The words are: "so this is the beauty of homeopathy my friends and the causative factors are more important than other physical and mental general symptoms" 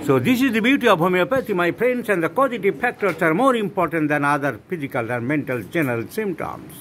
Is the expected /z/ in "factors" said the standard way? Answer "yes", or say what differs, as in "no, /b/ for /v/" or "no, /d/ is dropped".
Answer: no, /s/ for /z/